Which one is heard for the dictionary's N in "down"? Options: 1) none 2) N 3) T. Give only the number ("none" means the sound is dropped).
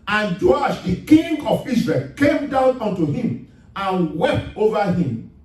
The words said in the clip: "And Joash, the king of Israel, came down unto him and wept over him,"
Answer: 2